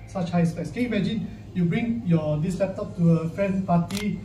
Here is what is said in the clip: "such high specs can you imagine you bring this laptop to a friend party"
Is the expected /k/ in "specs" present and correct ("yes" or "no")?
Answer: no